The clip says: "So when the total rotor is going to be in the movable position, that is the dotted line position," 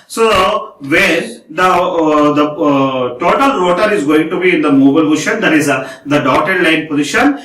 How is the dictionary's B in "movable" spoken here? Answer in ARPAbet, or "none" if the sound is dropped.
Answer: none